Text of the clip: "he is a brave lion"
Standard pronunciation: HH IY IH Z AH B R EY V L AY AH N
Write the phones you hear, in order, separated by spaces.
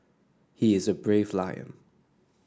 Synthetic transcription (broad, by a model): HH IY IH Z AH B R EY V L AY AH N